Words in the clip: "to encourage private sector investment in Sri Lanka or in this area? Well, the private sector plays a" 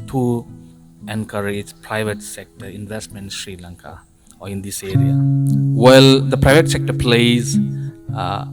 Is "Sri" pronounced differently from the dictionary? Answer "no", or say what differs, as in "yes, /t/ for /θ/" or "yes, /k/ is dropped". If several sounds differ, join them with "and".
no